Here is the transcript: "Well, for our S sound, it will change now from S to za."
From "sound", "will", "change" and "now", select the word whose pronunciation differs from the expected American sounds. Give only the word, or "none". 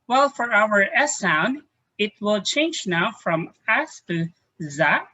none